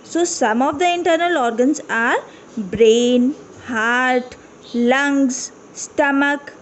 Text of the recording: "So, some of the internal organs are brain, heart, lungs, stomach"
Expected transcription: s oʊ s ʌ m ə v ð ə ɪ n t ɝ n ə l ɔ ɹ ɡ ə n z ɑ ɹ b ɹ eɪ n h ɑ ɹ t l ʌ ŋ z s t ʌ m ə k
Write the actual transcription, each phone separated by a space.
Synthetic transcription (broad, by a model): s oʊ s ʌ m ə v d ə ɪ n t ɝ n ə l ɔ ɹ ɡ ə n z ɑ ɹ b ɹ eɪ n h ɑ ɹ t l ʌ ŋ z s t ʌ m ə k